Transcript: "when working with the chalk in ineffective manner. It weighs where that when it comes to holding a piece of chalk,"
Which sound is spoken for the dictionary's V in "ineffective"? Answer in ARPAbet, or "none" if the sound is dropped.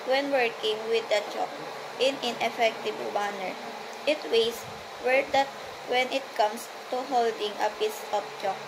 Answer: B